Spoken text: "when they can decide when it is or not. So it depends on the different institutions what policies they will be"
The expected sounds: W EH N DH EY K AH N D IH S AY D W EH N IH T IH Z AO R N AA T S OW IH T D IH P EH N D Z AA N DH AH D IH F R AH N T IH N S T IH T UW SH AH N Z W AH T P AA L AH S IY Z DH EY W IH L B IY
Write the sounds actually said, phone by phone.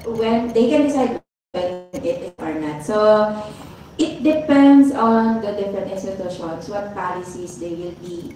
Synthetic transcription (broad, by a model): W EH N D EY K AH N D IH S AY D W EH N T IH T AO R N AA T S OW IH T D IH P EH N D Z AA N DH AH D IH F AH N IH S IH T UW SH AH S W AH T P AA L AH S IY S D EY W IH L B IY